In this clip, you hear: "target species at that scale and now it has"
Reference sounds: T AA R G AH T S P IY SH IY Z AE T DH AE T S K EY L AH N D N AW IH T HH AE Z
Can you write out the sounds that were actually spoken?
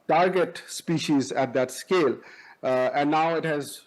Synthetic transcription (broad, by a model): T AA R G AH T S P IY SH IY Z AE T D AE T S K EY L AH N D N AW IH T HH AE Z